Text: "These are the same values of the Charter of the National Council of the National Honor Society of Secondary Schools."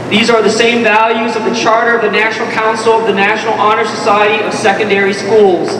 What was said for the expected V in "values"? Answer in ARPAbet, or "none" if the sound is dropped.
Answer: V